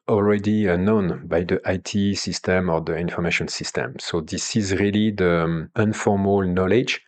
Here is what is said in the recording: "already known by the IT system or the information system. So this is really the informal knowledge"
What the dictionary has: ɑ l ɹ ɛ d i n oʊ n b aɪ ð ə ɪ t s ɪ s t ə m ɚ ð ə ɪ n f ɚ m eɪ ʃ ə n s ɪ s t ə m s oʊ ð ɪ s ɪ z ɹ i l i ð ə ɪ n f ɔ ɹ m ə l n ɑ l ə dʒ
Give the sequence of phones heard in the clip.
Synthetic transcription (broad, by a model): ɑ l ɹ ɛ d i n oʊ n b aɪ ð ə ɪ t s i s t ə m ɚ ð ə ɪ n f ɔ m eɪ ʃ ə n s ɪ s t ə m s oʊ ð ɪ s ɪ z ɹ i l i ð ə ɪ n f ɔ ɹ m ə l n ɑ l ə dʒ